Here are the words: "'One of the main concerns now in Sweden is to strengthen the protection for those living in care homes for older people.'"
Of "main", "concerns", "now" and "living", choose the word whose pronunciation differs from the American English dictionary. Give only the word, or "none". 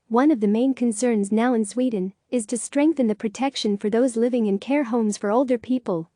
none